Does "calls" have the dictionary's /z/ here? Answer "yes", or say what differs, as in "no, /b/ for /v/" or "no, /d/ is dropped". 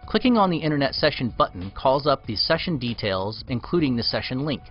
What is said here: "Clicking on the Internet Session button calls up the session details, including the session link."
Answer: yes